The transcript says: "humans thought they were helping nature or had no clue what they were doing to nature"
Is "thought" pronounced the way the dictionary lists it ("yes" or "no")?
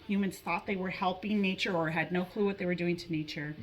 yes